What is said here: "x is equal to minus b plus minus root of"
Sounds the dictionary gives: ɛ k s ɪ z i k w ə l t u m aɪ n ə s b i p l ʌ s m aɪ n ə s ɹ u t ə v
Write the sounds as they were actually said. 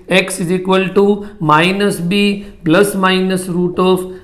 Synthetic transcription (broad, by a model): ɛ k s ɪ z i k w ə l t u m aɪ n ə s b i b l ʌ s m aɪ n ə s ɹ u t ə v